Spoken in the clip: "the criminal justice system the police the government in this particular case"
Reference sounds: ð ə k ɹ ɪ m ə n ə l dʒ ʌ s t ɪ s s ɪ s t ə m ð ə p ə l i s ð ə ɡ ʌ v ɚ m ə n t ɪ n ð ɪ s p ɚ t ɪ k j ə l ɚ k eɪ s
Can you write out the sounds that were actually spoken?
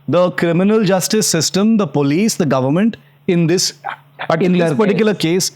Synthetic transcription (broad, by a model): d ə k ɹ ɪ m ə n ə l dʒ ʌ s t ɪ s s ɪ s t ə m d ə p ə l i s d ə ɡ ʌ v ɚ m ə n t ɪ n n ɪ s p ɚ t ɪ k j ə l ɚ k eɪ s